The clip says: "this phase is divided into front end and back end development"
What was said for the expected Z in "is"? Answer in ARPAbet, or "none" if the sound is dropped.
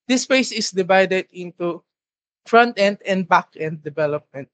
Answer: S